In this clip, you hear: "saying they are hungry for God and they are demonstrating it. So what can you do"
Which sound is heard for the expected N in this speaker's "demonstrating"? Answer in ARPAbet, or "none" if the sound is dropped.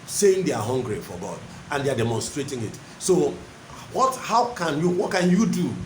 N